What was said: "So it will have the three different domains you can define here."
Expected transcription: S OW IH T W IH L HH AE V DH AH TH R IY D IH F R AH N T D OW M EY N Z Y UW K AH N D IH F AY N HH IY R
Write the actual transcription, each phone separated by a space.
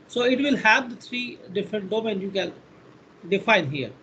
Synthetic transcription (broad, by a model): S OW IH T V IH L HH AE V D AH T R IY D IH F R AH N T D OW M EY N Y UW K AH N D IH F AY N HH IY R